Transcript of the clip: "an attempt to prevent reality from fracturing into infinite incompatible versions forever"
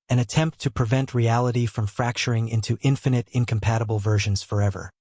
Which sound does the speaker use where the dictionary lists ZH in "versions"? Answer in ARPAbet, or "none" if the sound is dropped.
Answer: ZH